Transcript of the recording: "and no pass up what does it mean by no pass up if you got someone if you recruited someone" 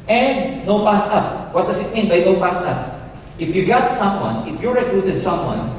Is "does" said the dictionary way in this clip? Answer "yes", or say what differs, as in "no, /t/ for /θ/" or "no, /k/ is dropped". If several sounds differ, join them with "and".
no, /s/ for /z/